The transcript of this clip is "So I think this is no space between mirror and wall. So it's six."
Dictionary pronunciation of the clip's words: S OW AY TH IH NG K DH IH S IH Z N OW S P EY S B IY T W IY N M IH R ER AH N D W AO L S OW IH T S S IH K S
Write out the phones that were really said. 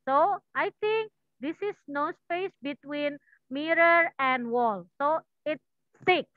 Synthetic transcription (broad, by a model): S OW AY T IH NG K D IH S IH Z N OW S P EY S B IY T W IY N M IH R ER AH N D W AO L S OW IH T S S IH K